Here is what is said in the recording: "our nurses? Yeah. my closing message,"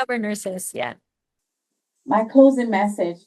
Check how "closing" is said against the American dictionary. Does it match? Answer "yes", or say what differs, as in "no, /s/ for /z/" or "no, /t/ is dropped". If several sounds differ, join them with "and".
yes